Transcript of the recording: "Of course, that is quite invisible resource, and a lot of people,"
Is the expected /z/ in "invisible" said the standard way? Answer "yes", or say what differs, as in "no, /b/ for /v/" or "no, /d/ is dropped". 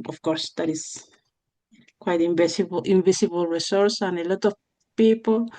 no, /s/ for /z/